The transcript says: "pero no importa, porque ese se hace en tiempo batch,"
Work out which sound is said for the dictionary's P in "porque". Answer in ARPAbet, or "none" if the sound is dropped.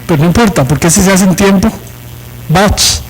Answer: P